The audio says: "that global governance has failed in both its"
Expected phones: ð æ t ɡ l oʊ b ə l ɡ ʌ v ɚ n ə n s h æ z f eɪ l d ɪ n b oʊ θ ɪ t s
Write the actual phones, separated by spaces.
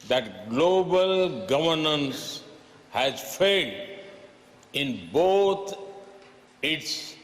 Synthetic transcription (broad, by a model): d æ t ɡ l oʊ b ə l ɡ ʌ v ɚ n ə n s h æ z f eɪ d ɪ n b oʊ t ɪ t s